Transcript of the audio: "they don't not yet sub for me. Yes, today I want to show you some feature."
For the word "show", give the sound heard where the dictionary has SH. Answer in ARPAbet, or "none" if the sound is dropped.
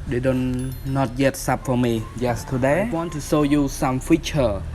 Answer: S